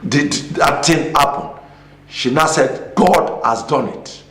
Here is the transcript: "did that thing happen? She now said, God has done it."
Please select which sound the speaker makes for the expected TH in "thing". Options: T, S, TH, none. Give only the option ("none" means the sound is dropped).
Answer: T